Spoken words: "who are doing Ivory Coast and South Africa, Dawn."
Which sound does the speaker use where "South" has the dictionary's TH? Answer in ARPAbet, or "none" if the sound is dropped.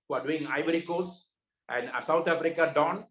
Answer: T